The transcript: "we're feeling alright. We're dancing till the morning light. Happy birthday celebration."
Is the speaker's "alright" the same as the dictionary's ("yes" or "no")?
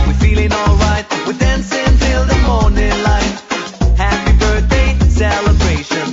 yes